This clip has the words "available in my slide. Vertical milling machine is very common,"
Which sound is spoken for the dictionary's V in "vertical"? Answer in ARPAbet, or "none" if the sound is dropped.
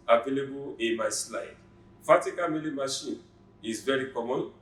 F